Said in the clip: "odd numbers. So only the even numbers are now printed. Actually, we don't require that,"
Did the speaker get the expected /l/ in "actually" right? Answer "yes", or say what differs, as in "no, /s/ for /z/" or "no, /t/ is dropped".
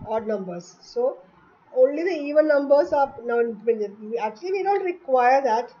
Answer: yes